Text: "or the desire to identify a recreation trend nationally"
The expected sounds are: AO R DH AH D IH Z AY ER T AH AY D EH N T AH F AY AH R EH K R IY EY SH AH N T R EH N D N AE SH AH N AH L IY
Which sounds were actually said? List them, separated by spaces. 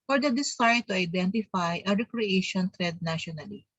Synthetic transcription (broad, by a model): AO R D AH D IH S AY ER T AH AY D EH N T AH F AY AH R EH K R IY EY SH AH N T R EH D N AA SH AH N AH L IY